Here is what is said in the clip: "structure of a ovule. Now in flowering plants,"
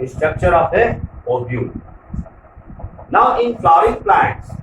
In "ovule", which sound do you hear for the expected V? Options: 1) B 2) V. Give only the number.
1